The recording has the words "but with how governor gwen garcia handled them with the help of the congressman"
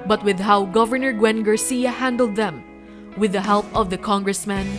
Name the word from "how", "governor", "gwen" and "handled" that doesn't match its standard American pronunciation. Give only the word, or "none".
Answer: none